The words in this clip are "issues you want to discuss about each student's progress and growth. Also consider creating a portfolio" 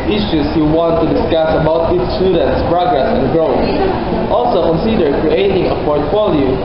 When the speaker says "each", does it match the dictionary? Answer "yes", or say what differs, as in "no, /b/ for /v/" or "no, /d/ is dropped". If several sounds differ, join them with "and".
no, /s/ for /tʃ/